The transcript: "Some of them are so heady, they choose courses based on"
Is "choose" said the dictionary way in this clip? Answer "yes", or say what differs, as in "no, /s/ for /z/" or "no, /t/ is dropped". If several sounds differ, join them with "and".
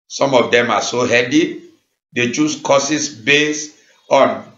no, /s/ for /z/